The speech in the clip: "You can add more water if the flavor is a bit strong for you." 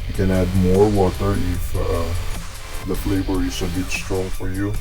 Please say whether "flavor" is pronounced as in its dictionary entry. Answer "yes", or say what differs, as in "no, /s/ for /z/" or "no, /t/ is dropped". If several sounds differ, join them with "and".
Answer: no, /b/ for /v/